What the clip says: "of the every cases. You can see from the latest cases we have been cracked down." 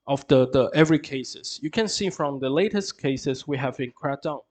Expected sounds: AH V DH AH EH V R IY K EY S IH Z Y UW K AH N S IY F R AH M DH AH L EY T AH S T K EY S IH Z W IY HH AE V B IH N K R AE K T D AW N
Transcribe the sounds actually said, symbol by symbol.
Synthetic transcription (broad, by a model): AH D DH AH EH V R IY K EY S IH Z Y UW K AH N S IY F R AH M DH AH L EY T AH S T K EY S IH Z W IY HH AE V B IH N K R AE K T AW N